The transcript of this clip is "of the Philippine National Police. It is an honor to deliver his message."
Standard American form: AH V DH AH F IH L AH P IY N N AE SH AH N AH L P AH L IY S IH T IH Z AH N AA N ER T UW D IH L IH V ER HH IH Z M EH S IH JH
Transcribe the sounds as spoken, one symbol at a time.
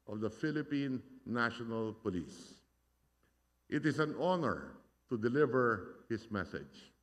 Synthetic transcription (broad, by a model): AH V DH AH F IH L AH P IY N N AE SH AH N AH L P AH L IY S IH T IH S AH N AA N ER T UW D IH L IH V ER HH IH S M EH S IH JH